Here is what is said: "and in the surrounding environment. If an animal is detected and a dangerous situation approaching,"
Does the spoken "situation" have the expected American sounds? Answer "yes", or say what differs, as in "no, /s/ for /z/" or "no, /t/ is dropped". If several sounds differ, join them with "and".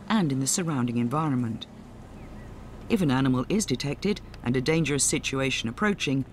yes